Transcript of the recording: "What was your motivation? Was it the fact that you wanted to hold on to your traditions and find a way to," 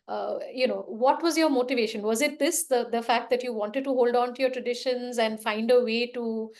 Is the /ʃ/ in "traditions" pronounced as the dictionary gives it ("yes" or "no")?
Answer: yes